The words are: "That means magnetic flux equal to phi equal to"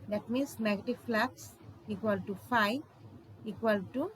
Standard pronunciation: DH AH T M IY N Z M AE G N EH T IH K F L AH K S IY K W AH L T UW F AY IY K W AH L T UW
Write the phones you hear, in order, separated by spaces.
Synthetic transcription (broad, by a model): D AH T M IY N S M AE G EH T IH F L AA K S IY K W AH L T UW F AY IY K W AH L T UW